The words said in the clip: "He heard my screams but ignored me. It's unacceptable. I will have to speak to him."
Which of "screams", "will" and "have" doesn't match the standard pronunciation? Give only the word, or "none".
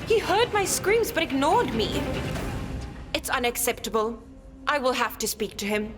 have